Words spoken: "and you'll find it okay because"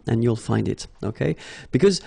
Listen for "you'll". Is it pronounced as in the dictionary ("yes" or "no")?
yes